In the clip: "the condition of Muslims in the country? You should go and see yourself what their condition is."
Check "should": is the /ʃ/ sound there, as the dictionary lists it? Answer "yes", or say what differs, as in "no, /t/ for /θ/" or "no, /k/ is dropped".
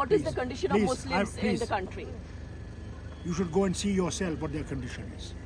yes